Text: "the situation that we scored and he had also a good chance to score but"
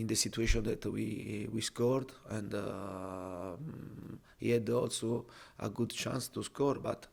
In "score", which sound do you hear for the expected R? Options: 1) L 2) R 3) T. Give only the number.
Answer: 2